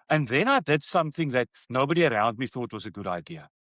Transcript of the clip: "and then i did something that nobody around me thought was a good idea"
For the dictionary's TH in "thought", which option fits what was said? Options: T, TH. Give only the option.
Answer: TH